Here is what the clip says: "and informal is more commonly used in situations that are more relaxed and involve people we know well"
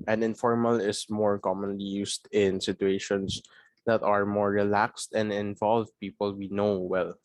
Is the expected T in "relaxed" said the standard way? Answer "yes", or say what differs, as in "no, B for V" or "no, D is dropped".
yes